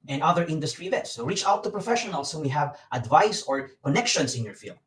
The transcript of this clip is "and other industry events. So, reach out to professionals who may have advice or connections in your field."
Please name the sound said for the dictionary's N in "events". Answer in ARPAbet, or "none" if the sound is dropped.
none